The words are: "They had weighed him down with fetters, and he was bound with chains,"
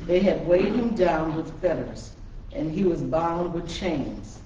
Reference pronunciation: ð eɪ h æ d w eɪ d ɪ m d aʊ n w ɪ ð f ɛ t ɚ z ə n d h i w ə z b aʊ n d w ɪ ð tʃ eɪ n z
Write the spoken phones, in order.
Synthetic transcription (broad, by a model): ð eɪ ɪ d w eɪ d ɪ m d aʊ n w ɪ ð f ɛ t ɚ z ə n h i w ə z b aʊ n d w ɪ ð tʃ eɪ n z